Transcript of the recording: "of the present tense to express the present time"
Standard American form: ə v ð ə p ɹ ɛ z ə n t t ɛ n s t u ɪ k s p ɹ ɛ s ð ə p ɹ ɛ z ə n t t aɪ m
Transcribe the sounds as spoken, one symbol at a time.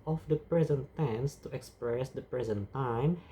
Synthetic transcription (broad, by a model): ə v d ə p ɹ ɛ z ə n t t ɛ n s t u ɪ k s p ɹ ɛ s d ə p ɹ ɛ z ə n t t aɪ m